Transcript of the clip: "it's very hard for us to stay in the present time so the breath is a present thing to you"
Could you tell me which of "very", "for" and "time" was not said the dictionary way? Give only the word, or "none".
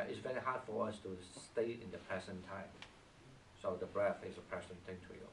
none